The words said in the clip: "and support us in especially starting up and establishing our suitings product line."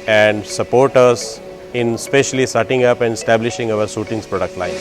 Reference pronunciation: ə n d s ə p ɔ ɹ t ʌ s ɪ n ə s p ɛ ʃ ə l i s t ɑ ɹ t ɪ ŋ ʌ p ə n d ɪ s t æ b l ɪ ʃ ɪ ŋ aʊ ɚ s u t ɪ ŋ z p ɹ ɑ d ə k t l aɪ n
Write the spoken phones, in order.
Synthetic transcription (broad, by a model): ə n d s ə p ɔ ɹ t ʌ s ɪ n s p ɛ ʃ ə l i s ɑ t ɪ ŋ ʌ p ə n d ɪ s t æ b l ɪ ʃ ɪ ŋ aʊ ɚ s u t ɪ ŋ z p ɹ ɑ d ə k t l aɪ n